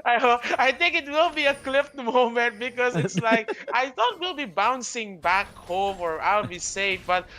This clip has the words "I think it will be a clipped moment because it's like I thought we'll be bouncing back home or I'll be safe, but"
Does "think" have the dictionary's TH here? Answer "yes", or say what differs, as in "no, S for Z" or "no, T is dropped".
yes